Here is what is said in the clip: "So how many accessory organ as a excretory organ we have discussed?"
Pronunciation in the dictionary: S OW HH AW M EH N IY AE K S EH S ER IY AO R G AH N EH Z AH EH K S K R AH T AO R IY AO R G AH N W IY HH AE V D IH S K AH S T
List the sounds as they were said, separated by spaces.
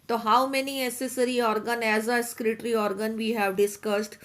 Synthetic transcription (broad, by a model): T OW HH AW M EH N IY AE S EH S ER IY AO R G AH N EH Z AH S K R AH T R IY AO R G AH N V IY HH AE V D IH S K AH S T